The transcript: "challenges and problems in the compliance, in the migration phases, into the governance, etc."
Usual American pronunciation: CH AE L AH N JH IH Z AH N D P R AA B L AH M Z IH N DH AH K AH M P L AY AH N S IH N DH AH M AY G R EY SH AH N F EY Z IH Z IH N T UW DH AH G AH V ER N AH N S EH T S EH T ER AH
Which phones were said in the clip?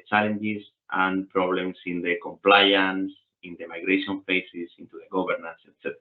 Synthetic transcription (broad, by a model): CH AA L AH N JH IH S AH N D P R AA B L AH M S IH N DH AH K AH M P L AY AH N S IH N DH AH M AY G R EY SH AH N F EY S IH S IH N T UW DH AH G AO B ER N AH N S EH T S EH T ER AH